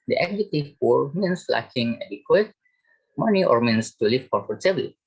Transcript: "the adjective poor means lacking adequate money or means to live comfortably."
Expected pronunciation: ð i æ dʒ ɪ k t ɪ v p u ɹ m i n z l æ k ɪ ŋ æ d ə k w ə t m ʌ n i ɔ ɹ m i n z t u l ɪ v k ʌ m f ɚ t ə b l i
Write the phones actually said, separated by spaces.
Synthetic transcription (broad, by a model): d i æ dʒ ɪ t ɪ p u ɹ m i n s l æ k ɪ ŋ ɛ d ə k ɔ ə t m ʌ n i ɔ ɹ m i n s t u l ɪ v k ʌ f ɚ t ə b l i